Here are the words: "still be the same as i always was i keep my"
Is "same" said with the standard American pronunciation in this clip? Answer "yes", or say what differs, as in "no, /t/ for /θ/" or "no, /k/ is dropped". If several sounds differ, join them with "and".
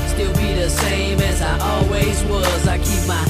yes